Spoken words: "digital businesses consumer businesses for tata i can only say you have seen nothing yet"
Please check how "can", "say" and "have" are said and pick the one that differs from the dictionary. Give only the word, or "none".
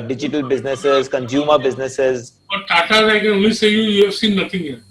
have